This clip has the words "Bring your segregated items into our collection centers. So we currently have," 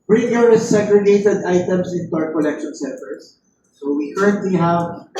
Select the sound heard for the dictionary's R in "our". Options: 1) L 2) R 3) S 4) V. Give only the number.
2